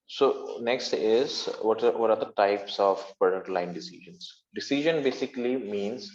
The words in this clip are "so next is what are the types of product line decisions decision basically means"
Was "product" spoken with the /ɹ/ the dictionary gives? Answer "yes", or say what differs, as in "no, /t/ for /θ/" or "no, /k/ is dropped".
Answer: yes